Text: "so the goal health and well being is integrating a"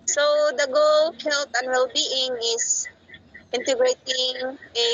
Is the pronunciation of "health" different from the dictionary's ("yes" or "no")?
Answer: yes